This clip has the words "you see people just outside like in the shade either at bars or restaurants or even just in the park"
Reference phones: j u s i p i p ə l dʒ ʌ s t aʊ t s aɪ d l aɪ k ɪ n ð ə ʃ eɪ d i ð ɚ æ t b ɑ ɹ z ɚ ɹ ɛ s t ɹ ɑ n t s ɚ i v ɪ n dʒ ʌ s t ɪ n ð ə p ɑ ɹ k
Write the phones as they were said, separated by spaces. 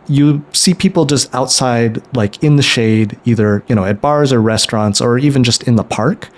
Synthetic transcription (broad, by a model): j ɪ s i p i p l dʒ ʌ s t aʊ t s aɪ d l aɪ k ɪ n ð ə ʃ eɪ d i ð ɚ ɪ t b ɑ ɹ z ɚ ɹ ɛ s t ɹ ɑ n t s ɚ i v ɪ n dʒ ʌ s t ɪ n ð ə p ɑ ɹ k